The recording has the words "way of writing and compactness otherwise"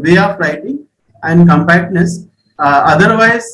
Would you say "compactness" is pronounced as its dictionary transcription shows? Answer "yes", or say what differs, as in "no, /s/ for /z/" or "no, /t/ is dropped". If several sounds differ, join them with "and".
yes